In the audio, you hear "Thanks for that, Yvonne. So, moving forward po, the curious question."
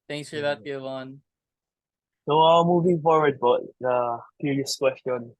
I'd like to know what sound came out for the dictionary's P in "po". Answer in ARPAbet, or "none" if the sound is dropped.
B